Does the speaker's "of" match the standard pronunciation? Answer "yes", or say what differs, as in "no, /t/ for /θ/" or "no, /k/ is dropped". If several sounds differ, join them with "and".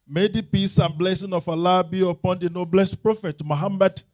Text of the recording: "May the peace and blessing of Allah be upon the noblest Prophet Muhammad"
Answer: no, /f/ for /v/